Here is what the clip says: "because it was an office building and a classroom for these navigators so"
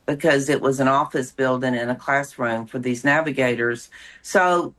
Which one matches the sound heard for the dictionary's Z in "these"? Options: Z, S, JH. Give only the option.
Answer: Z